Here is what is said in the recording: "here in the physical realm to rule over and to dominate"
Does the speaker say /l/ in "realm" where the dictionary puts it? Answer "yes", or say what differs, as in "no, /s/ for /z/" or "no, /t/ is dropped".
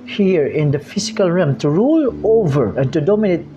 no, /l/ is dropped